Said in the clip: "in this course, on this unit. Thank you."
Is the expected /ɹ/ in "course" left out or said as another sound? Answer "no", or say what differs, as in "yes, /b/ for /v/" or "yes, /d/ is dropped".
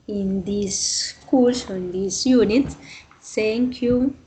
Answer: yes, /l/ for /ɹ/